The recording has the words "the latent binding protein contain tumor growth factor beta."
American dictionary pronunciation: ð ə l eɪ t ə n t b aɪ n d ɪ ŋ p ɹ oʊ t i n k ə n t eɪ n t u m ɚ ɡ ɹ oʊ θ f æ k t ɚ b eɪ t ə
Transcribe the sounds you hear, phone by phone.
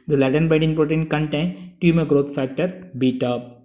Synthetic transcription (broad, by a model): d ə l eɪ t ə n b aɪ d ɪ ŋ p ɹ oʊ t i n k ə n t eɪ n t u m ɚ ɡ ɹ oʊ t f æ k t ɚ b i t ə